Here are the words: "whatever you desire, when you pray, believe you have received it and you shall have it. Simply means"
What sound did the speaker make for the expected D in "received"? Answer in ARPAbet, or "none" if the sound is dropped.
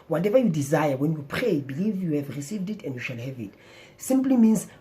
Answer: D